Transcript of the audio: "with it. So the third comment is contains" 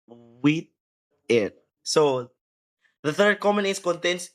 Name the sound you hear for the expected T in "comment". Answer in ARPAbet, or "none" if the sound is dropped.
none